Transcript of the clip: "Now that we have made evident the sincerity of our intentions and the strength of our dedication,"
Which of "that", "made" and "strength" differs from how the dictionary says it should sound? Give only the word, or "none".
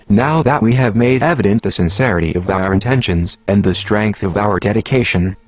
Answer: none